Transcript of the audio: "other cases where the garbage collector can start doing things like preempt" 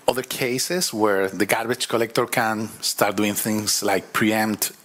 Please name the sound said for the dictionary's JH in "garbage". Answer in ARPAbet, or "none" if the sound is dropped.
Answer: CH